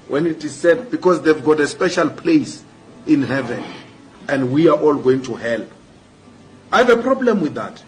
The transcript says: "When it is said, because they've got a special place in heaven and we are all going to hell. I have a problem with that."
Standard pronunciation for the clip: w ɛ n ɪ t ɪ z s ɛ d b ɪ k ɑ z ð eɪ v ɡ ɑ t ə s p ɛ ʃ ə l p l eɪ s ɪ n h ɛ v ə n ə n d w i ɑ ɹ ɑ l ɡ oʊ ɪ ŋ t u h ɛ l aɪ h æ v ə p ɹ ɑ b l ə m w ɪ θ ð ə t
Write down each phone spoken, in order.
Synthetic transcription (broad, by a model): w ɛ n ɪ t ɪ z s ɛ d b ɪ k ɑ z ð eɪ v ɡ ɑ t ə s p ɛ ʃ ə l p l eɪ s ɪ n h ɛ v ə n ə n d w i ɑ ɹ ɑ l ɡ oʊ ɪ ŋ t u h ɛ l aɪ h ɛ v ə p ɹ ɑ b l ə m w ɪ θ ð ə t